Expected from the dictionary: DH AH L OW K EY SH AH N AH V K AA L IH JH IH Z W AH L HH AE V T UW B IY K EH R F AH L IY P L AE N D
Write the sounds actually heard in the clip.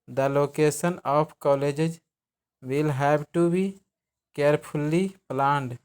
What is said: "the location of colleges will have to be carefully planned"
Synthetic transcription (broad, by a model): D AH L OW K EY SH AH N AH P K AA L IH JH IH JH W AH L HH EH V T UW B IY K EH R P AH L IY P L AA N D